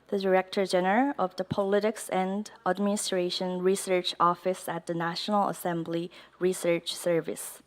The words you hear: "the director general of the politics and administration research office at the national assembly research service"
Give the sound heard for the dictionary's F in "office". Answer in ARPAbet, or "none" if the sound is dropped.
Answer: F